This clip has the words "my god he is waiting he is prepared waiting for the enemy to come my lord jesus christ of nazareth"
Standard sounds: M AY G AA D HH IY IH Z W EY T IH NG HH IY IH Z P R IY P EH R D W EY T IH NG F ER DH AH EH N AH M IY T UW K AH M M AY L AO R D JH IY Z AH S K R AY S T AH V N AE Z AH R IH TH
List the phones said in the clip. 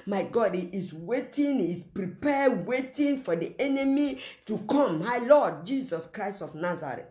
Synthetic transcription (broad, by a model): M AY G AA D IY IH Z W EY T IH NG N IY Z P R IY P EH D W EY T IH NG F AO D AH EH N AH M IY T UW K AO M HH AY L AO D JH IY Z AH S K R AY S T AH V N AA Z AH R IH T